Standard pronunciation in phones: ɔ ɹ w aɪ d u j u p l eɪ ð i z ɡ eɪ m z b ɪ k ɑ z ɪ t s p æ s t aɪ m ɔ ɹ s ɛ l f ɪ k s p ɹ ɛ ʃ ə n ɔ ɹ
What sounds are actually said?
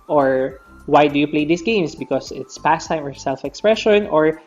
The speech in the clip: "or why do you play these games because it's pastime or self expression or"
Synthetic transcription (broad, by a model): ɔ ɹ w aɪ d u j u p l eɪ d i s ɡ eɪ m s b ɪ k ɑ s ɪ t s p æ s t aɪ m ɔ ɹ s ɛ l f ɪ k s p ɹ ɛ ʃ ə n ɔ ɹ